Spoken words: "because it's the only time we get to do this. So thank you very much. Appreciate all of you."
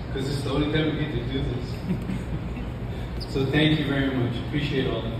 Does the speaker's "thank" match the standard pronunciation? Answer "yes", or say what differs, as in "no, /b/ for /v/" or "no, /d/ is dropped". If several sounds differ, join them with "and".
yes